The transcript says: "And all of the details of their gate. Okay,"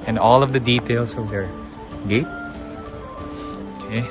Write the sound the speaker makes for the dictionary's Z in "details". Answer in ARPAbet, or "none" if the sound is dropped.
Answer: S